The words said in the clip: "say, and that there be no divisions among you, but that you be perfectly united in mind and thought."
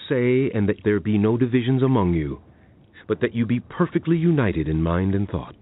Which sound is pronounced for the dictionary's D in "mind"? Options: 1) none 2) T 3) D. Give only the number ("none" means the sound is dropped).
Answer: 3